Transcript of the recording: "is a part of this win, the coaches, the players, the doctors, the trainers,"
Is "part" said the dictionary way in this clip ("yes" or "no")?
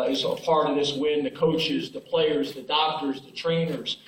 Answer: no